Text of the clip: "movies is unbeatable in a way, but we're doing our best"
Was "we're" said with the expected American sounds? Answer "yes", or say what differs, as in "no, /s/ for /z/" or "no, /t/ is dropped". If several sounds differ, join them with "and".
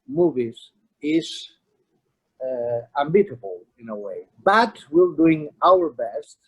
no, /l/ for /ɹ/